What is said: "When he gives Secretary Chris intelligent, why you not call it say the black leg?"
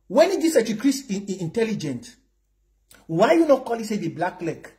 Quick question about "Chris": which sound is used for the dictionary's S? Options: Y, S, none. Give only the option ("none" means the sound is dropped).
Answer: none